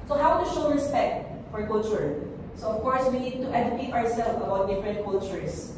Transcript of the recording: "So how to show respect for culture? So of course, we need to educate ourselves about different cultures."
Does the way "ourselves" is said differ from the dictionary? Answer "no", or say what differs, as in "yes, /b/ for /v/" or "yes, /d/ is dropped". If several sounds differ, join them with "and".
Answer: yes, /z/ is dropped